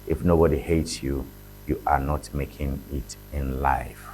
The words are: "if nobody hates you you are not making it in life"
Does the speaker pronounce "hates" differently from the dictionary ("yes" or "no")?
no